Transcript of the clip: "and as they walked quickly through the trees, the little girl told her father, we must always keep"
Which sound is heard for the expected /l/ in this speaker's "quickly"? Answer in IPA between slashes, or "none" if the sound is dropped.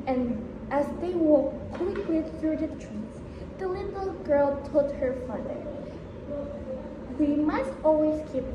/w/